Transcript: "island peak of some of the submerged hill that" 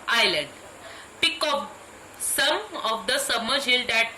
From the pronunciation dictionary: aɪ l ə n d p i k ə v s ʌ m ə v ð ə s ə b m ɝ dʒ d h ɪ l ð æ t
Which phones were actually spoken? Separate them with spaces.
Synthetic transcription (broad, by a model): aɪ l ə n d p i k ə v s ʌ m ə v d ə s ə m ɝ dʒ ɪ l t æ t